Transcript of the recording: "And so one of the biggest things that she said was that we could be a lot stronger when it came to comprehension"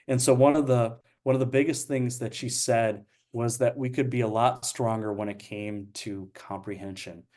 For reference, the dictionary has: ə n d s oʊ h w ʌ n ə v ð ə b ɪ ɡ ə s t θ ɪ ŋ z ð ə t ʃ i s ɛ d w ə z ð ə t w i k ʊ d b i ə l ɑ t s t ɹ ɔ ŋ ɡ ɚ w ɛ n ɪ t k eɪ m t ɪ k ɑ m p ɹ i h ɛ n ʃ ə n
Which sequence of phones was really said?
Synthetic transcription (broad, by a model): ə n s oʊ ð w ʌ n ə v ð ə b ɪ ɡ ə s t θ ɪ ŋ z ð ə t ʃ i s ɛ d w ə z ð ə t w i k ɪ d b i ə l ɑ t s t ɹ ɔ ŋ ɡ ɚ w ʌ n ɪ t k eɪ m t ɪ k ɑ m p ɹ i h ɛ n ʃ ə n